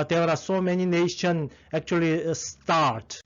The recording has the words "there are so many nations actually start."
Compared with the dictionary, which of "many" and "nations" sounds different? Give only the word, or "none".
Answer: nations